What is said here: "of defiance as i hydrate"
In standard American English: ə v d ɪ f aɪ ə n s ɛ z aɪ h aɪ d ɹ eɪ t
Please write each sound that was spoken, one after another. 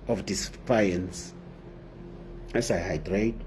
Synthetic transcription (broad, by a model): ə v d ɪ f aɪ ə n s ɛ s aɪ h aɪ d ɹ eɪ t